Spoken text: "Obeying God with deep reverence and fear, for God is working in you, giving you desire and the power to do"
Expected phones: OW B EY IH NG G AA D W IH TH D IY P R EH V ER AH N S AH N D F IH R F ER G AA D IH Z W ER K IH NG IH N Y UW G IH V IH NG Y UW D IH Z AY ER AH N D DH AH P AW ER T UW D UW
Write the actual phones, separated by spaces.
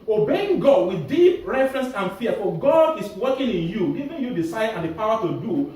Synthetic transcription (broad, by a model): OW B EY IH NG G AA D W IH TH D IY P R EH F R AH N S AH N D F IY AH F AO G AA D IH S W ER K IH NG IH N Y UW G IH V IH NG Y UW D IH S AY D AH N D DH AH P AW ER T UW D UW